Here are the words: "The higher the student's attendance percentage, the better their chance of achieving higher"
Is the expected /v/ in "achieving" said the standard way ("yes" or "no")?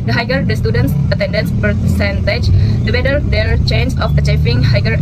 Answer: no